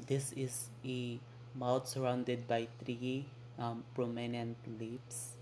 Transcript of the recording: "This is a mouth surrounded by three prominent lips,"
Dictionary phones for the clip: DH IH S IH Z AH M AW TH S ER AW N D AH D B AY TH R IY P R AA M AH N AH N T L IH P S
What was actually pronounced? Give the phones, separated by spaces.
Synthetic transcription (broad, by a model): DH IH S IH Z AH M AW T S ER AW N D AH D B AY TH R IY P R AA M AH N AH N T L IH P S